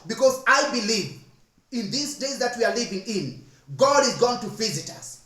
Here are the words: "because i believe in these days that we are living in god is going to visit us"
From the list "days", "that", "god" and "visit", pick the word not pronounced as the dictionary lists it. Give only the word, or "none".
none